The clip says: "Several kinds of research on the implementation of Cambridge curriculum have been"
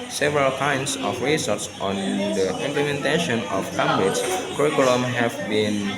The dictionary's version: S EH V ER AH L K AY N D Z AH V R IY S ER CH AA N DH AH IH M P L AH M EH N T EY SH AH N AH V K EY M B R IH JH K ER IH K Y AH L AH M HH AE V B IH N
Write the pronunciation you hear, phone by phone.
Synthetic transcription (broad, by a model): S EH V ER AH L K AY N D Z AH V R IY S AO S AA N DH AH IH M P L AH M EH N T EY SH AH N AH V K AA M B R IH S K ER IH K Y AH L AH M HH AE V B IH N